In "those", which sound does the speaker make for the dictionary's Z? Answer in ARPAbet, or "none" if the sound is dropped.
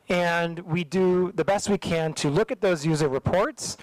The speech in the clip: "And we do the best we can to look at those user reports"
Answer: Z